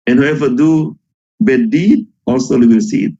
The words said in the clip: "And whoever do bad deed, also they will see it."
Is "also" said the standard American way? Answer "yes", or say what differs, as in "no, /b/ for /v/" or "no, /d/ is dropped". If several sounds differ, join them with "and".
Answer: yes